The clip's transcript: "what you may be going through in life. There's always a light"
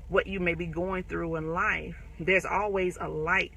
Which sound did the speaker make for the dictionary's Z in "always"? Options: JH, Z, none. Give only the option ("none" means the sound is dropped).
Z